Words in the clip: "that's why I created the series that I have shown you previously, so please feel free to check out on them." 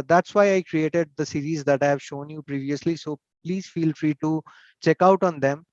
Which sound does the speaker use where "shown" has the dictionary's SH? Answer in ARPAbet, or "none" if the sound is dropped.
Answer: SH